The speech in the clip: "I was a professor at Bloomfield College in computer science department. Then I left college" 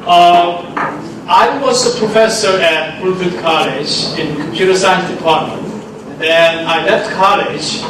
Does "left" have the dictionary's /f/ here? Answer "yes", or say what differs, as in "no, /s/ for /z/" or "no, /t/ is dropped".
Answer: yes